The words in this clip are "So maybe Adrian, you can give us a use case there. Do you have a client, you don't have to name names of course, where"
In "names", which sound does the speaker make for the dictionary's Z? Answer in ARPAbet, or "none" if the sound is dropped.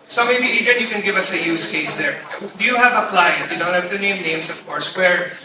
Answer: S